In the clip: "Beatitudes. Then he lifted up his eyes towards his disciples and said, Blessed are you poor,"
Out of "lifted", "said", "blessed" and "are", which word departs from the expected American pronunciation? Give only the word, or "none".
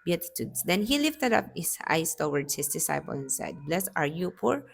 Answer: blessed